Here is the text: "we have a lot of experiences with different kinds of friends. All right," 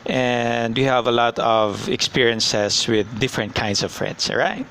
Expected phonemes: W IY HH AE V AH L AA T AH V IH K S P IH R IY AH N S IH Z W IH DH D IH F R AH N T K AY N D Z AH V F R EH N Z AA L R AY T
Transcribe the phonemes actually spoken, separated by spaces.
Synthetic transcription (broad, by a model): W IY HH AE V AH L AA T AH V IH K S P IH R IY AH N S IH S W IH DH D IH F R AH N T K AY N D S AH V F R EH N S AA R AY T